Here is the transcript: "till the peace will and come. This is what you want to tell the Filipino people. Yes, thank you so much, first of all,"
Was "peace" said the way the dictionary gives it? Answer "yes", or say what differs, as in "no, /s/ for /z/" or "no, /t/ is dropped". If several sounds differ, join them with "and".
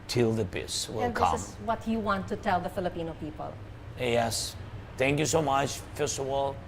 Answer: no, /b/ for /p/